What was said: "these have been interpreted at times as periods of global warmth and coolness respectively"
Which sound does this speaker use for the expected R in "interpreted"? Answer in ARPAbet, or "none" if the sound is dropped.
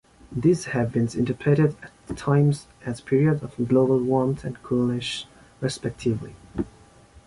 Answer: none